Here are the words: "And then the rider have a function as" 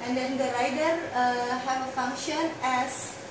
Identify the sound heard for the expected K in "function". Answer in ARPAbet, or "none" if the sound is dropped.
K